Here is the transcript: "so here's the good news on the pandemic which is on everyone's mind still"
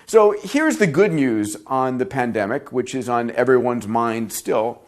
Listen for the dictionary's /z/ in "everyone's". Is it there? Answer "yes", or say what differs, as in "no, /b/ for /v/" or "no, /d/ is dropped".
yes